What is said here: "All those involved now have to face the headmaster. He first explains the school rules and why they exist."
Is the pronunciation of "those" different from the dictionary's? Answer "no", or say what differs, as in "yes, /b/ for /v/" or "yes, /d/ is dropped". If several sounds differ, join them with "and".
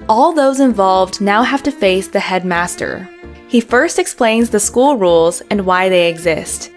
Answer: no